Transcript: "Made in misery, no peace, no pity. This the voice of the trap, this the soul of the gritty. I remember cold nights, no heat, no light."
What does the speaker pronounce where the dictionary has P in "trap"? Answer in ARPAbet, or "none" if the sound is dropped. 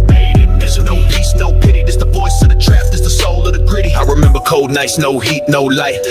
F